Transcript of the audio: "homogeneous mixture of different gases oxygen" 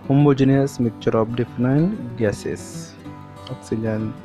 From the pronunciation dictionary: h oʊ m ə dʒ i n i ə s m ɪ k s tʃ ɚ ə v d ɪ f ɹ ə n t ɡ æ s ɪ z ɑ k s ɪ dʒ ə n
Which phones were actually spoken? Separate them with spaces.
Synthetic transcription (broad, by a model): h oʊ m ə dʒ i n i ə s m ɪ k tʃ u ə p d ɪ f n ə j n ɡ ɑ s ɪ s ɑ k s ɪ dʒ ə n